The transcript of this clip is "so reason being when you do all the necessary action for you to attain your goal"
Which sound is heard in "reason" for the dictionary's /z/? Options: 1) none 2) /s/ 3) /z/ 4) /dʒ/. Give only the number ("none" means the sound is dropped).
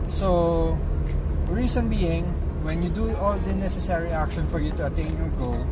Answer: 2